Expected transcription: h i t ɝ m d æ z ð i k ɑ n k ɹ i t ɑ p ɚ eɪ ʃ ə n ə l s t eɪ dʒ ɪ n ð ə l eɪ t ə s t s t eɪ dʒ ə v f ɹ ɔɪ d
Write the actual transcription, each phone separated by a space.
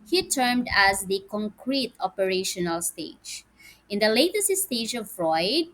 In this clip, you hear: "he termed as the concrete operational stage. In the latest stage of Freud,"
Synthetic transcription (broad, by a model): h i t ɝ m d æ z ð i k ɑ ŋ k ɹ i t ɑ p ɚ eɪ ʃ ə n ə l s t eɪ dʒ ɪ n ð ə l eɪ t ə s t s t eɪ dʒ ə v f ɹ ɔɪ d